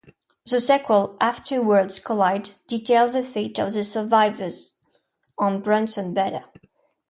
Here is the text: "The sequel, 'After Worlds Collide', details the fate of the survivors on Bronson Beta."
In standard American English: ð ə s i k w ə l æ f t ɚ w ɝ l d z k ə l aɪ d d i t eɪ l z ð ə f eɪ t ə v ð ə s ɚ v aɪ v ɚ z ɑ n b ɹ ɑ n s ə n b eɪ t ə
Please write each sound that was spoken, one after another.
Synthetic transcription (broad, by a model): ð ə s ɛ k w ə l æ f t ɚ w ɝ d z k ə l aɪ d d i t eɪ l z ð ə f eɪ t ə v ð ə s ɚ v aɪ v ɚ z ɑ n b ɹ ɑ n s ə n b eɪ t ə